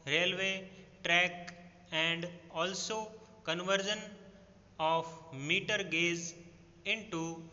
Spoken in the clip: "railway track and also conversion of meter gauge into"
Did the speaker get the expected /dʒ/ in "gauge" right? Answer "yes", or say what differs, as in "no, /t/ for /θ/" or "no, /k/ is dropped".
no, /z/ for /dʒ/